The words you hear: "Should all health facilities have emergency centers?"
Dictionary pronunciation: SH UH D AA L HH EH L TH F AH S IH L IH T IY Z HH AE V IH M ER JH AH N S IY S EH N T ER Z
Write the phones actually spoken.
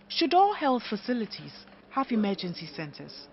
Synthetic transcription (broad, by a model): SH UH D AA L HH EH L TH F AH S IH L IH T IY Z HH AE V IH M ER JH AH N S IY S EH N T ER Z